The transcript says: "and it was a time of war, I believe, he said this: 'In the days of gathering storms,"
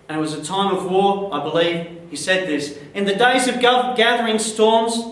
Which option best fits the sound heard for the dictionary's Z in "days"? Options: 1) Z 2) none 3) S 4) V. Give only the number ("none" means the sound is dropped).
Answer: 1